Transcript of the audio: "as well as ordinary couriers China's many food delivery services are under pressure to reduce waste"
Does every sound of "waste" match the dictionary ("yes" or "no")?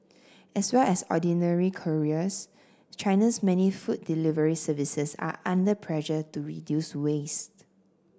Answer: yes